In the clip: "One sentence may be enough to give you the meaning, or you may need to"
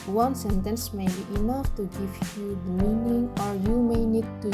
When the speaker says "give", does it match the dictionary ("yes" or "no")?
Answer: no